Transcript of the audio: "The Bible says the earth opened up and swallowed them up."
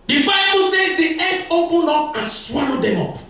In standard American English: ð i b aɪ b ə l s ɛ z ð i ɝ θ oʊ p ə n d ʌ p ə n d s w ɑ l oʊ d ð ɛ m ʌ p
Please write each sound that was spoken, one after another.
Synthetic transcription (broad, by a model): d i b aɪ b ə l s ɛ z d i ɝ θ oʊ p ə n ɔ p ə n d s w ɑ l oʊ d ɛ m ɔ p